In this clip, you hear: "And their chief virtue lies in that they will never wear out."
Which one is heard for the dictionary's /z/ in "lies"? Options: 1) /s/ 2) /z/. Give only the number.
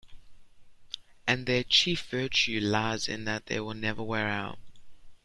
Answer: 2